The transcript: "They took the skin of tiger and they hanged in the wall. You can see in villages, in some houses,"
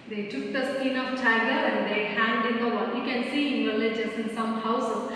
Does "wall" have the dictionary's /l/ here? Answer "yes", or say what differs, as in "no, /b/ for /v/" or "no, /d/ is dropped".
no, /n/ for /l/